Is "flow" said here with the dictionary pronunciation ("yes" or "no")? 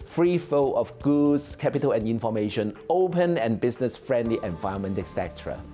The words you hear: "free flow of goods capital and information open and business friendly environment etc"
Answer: no